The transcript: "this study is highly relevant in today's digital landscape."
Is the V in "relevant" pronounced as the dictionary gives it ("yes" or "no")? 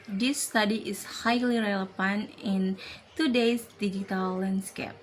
no